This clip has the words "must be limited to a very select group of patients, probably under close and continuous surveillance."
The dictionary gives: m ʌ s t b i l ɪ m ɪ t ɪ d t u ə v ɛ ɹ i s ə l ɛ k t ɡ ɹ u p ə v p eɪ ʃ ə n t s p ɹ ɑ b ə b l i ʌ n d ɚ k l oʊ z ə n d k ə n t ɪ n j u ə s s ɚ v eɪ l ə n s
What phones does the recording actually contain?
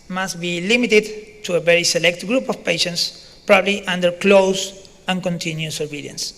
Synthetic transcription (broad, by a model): m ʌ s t b i l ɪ m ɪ t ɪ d t u ə v ɛ ɹ i s ə l ɛ k t ɡ ɹ u p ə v p eɪ ʃ ə n t s p ɹ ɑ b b l i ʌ n d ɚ k l oʊ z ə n k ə n t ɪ n j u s s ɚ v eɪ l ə n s